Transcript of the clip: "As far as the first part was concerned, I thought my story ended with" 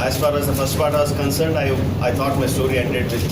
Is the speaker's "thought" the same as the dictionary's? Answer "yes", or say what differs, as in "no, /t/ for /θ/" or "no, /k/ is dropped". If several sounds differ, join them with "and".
no, /t/ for /θ/